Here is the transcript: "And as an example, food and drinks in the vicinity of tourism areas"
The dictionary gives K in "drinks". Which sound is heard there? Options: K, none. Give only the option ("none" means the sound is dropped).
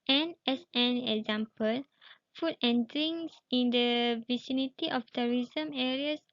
none